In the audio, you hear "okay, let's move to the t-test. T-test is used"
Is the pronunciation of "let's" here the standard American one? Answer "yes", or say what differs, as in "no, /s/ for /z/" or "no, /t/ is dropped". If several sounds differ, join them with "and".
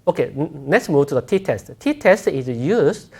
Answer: no, /n/ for /l/